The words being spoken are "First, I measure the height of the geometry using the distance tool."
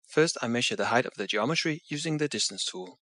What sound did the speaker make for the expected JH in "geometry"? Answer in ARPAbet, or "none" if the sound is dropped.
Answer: JH